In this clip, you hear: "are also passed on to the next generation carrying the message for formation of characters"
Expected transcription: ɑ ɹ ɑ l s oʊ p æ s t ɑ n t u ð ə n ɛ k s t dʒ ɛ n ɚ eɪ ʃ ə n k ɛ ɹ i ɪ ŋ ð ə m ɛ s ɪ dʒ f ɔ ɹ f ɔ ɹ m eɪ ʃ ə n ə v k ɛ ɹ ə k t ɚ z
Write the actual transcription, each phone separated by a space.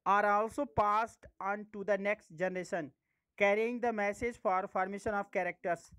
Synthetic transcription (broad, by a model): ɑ ɹ ɑ l s oʊ p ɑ s t ɑ n t u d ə n ɛ k s t dʒ ɛ n ɚ eɪ ʃ ə n k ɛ ɹ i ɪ ŋ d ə m ɛ s ɪ dʒ f ɔ ɹ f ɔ ɹ m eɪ ʃ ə n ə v k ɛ ɹ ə k t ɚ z